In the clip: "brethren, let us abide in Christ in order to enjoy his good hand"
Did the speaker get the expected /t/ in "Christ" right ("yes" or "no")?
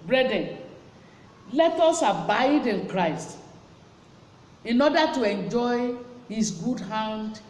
yes